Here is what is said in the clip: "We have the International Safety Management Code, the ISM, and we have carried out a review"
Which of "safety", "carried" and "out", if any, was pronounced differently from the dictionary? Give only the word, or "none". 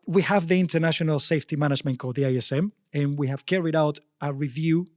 none